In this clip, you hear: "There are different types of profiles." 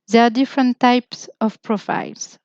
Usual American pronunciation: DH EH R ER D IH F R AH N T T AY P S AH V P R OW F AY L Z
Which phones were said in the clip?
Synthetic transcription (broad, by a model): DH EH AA D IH F R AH N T T AY P S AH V P R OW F AY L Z